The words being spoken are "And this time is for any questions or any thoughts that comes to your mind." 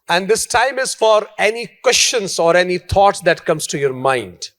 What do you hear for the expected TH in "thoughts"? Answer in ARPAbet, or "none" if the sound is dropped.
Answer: T